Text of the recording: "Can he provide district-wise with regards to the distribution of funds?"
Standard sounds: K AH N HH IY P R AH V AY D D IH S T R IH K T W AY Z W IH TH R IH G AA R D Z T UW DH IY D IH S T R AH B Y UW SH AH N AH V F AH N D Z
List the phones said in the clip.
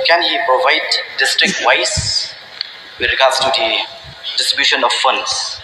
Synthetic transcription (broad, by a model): K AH N HH IY P R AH V AY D D IH S T R IH K T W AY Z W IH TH R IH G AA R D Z T UW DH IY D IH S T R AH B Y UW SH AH N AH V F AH N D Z